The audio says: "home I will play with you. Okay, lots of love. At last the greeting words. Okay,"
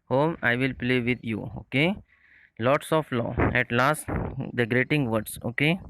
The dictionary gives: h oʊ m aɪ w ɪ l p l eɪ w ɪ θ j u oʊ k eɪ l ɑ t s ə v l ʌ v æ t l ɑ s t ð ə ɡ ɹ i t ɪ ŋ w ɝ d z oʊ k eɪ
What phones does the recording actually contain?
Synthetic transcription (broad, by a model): h oʊ m aɪ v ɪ l p l eɪ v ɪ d j u oʊ k eɪ l ɑ t s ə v l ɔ ɛ t l ɑ s t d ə ɡ ɹ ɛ t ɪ ŋ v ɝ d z oʊ k eɪ